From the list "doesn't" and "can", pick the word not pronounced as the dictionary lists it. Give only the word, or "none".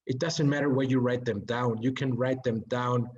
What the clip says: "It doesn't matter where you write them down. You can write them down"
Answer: none